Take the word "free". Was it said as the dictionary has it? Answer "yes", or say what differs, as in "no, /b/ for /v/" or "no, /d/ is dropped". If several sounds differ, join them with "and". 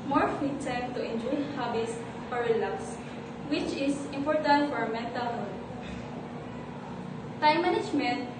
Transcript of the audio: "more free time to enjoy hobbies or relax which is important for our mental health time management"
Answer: no, /ɹ/ is dropped